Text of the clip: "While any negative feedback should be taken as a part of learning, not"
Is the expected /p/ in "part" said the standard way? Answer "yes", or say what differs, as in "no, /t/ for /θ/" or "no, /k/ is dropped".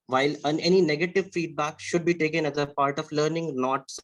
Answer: yes